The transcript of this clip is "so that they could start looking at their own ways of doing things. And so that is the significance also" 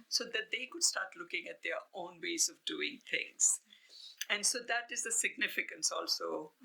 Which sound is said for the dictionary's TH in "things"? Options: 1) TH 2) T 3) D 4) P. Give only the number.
2